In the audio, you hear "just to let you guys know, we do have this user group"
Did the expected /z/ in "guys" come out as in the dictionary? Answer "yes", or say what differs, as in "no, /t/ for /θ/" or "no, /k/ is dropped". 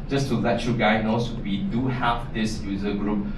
no, /z/ is dropped